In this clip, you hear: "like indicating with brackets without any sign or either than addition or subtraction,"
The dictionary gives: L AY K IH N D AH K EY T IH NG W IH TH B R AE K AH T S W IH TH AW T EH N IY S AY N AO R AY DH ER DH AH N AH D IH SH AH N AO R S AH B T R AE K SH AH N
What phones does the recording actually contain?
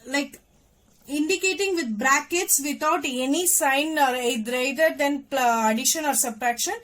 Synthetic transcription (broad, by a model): L AY K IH N D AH K EY T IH NG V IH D B R AE K AH T S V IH T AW T EH N IY S AY N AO R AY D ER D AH N AH D IH SH AH N AO R S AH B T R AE K SH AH N